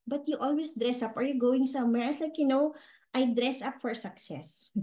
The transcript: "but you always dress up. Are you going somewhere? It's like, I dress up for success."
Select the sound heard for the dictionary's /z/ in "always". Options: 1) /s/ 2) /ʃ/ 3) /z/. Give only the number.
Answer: 1